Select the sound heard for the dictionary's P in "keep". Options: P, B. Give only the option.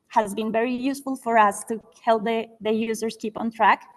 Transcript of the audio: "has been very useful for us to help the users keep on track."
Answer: P